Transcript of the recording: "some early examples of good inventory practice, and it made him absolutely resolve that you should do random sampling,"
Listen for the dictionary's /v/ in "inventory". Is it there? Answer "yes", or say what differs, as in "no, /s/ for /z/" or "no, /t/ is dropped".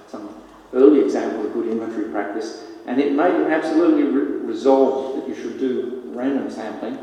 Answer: no, /v/ is dropped